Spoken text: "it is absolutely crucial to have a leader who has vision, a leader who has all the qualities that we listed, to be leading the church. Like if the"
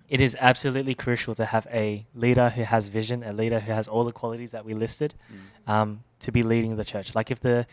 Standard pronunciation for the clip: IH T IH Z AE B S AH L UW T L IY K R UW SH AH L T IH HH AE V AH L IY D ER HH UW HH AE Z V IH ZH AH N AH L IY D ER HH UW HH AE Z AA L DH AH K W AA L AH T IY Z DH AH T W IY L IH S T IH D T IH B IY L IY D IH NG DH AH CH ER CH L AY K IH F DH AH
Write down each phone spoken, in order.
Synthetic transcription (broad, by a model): IH T IH Z AE B S AH L UW T L IY K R UW SH L T IH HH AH V AH L IY D ER HH UW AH Z V IH ZH AH N AH L IY D ER HH UW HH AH Z AA L DH AH K W AA L AH T IY Z DH AH T W IY L IH S T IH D T IH B IY L IY D IH NG DH AH CH ER CH L AY K IH F DH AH